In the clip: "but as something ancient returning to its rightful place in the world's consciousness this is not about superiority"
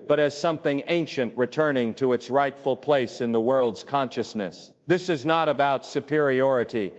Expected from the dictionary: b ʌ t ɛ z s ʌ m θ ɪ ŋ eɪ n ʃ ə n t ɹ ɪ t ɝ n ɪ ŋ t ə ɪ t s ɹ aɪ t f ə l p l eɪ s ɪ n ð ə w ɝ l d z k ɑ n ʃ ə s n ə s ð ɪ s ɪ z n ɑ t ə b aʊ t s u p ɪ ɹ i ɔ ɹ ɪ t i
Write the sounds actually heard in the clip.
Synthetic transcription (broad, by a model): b ʌ t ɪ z s ʌ m θ ɪ ŋ eɪ n ʃ ə n t ɹ ɪ t ɝ n ɪ ŋ t ə ɪ t s ɹ aɪ t f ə l p l eɪ s ɪ n ð ə w ɝ l d z k ɑ n ʃ ə s n ə s ð ɪ s ɪ z n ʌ t ə b aʊ t s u p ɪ ɹ i ɔ ɹ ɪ t i